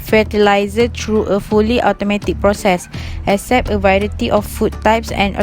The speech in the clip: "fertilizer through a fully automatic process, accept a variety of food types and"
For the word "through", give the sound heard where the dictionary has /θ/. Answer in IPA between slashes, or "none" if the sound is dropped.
/t/